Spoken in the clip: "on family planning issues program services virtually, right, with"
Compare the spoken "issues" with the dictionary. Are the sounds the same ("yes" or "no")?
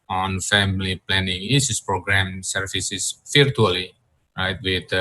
no